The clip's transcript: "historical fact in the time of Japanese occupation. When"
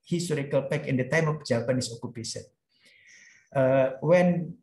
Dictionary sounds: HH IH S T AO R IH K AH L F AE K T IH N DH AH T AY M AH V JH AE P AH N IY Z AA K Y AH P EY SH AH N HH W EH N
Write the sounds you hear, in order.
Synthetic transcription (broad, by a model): HH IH S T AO R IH K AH L P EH K IH N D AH T AY M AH F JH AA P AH N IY S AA K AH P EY S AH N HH W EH N